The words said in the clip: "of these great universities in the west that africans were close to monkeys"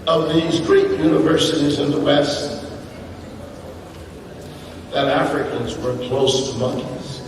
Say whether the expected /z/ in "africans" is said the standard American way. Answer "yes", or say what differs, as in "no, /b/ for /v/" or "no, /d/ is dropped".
yes